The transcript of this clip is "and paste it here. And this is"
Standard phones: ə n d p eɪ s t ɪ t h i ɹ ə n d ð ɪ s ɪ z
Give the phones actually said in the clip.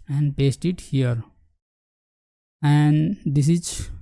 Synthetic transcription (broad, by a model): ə n d p eɪ s t ɪ t h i ɹ ə n d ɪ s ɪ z